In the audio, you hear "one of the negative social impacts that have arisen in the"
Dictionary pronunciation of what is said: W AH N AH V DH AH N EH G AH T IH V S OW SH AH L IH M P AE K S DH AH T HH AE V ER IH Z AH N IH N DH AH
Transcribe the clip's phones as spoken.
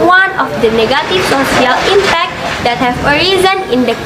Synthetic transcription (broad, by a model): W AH N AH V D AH N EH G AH T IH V S OW S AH L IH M P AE K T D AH T HH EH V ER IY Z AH N IH N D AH